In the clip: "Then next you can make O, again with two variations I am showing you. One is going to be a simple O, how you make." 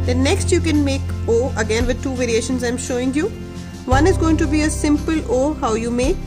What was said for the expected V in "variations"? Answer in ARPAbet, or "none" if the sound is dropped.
V